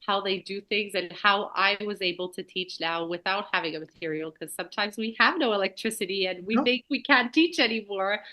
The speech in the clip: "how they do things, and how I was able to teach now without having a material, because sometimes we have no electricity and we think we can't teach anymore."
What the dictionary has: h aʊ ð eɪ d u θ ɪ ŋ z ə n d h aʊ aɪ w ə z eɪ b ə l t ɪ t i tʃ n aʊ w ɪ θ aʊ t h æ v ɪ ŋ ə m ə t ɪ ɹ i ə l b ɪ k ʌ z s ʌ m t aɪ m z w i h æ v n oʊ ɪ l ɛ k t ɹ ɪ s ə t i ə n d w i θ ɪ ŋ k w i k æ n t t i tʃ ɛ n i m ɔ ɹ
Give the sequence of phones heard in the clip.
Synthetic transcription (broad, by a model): h aʊ ð eɪ d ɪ θ ɪ ŋ z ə n h aʊ aɪ w ə z eɪ b l t ɪ t i tʃ n aʊ w ɪ θ aʊ t h æ v ɪ ŋ ə m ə t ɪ ɹ i l k ʌ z s ʌ m t aɪ m z w i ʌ v n oʊ ɪ l ɛ k t ɹ ɪ s ə t i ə n w i θ ɪ ŋ k w i k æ n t t i tʃ ɛ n i m ɔ ɹ